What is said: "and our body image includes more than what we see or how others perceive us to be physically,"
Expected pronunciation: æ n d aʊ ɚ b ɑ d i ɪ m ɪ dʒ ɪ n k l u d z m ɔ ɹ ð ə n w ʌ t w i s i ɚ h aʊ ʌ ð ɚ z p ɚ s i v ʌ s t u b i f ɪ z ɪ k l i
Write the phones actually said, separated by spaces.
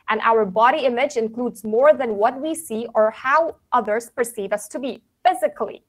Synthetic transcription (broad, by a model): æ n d aʊ ɚ b ɑ d i ɪ m ɪ dʒ ɪ n k l u d z m ɔ ɹ ð ə n w ʌ t w i s i ɚ h aʊ ʌ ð ɚ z p ɚ s i v ʌ s t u b i f ɪ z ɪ k l i